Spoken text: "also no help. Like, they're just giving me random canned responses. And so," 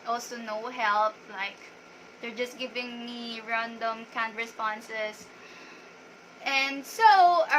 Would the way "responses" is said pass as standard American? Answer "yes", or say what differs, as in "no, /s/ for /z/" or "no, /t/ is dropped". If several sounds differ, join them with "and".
no, /s/ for /z/